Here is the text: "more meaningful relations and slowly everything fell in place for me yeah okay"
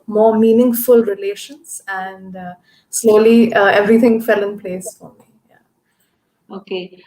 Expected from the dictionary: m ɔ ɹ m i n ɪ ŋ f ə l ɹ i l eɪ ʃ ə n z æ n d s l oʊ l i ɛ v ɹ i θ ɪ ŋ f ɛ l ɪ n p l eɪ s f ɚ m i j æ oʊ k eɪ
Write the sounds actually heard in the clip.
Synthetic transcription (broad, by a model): m ɔ ɹ m i n ɪ ŋ f ə l ɹ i l eɪ ʃ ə n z æ n d s l oʊ l i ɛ v ɹ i t ɪ ŋ f ɛ l ɪ n p l eɪ s f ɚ m i j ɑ oʊ k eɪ